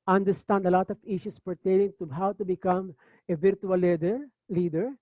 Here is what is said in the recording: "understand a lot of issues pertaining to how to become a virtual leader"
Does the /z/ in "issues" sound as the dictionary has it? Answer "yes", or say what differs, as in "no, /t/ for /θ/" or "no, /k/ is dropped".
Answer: no, /s/ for /z/